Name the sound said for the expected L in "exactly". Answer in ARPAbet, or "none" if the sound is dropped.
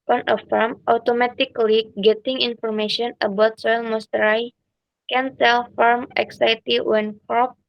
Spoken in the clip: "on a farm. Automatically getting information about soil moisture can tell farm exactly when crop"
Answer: none